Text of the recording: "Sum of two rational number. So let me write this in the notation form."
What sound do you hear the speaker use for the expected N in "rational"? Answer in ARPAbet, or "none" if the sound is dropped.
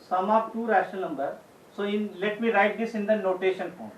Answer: none